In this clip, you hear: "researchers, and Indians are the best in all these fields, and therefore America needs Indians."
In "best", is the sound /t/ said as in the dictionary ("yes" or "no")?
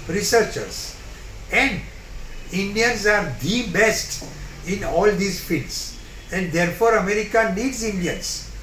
yes